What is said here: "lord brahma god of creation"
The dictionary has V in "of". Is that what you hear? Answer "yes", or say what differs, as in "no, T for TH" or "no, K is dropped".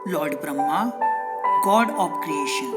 no, P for V